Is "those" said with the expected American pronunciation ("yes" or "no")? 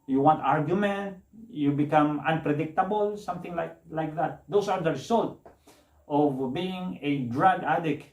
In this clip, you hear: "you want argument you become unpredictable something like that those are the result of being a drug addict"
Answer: no